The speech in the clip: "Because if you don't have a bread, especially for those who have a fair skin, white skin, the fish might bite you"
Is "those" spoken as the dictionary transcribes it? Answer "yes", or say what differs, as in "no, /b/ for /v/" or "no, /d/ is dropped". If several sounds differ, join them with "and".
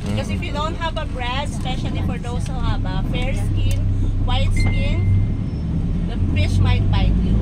no, /s/ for /z/